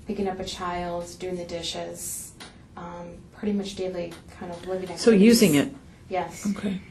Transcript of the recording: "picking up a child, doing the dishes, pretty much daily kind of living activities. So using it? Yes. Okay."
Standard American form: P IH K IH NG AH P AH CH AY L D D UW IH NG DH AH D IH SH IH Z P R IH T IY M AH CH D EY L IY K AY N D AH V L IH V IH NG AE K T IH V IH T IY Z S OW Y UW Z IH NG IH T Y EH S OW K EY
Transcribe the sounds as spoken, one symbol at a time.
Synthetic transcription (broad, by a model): P IH K IH NG AH P AH CH AY L D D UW IH NG DH AH D IH SH IH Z P R IH T IY M AH CH D EY L IY K AY N D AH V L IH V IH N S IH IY Y UW Z IH NG IH T Y EH S OW K EY